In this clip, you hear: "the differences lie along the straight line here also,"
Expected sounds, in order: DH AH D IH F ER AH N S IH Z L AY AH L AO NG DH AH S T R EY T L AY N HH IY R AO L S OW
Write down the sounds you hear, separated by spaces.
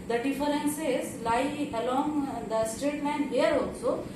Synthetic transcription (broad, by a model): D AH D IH F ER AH N S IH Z L AY AH L AO NG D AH S T R EY T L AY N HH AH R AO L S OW